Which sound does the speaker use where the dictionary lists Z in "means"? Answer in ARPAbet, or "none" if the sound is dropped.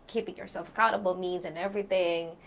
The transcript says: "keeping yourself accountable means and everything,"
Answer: Z